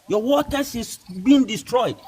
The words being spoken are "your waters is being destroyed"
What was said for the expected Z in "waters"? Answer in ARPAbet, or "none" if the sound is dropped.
S